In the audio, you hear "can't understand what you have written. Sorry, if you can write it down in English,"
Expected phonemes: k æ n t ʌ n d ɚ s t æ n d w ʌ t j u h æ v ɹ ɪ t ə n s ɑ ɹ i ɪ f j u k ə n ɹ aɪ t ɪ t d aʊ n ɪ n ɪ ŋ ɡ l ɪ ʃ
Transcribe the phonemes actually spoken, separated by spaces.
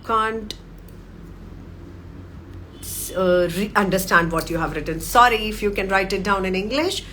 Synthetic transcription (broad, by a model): k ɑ n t ʌ n d ɚ s t æ n d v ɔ t j u h æ v ɹ ɪ t ə n s ɑ ɹ i ɪ f j u k ə n ɹ aɪ t ɪ t d aʊ n ɪ n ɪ ŋ ɡ l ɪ ʃ